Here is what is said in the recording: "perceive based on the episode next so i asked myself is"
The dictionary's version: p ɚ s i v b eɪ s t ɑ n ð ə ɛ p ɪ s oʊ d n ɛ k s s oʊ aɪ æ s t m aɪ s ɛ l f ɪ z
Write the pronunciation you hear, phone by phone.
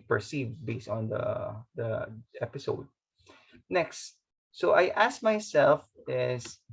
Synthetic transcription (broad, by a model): p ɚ s i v b eɪ s t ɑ n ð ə ɛ p ɪ s oʊ d n ɛ k s s oʊ aɪ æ s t m aɪ s ɛ l f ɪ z